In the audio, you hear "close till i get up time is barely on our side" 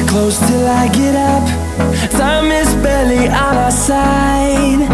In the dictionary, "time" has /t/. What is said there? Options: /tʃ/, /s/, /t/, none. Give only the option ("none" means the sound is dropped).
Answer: /s/